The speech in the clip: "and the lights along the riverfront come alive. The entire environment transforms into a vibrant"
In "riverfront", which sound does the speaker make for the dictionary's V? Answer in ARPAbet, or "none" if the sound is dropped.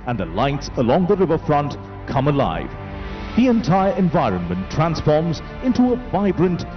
V